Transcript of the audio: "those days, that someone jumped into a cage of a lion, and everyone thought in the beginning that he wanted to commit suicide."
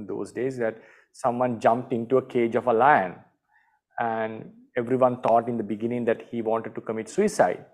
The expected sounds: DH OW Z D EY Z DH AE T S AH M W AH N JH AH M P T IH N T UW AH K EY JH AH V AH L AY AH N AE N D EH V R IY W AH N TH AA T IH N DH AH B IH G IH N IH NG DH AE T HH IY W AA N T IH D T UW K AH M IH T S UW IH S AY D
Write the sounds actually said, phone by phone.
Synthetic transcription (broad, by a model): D OW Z D EY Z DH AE T S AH M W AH N JH AH M P T IH N T UW AH K EY JH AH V AH L AY AH N AE N D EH V R IY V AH N T AA T IH N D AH B IH G IH N IH NG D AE T HH IY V AA N T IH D T UW K AH M IH T S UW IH S AY D